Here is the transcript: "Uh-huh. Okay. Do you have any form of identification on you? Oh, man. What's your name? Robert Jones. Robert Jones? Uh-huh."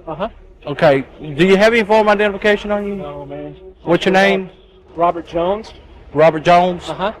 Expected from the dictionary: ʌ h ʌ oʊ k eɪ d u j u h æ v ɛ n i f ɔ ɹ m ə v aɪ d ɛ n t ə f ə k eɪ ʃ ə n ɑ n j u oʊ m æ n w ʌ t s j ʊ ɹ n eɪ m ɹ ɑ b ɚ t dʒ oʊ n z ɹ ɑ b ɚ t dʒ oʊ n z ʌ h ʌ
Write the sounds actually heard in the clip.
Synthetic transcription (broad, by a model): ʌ h ʌ oʊ k eɪ d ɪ j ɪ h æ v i i f ɔ ɹ m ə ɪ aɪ d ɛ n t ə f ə k eɪ ʃ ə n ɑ n j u oʊ m æ n w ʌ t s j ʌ ɹ n eɪ m ɹ ɑ b ɚ t dʒ oʊ n z ɹ ɑ b ɚ t dʒ oʊ n z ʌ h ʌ